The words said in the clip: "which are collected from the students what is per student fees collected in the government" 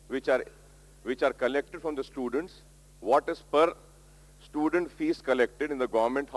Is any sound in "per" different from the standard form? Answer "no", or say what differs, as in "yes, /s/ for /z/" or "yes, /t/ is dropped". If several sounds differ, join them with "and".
no